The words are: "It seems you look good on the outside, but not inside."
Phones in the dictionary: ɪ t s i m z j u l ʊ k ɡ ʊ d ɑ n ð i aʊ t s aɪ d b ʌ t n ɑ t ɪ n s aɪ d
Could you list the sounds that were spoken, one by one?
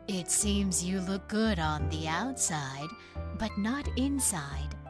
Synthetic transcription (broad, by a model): ɪ t s i m z j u l ʊ k ɡ ʊ d n ð i aʊ t s aɪ d b ʌ t n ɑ t ɪ n s aɪ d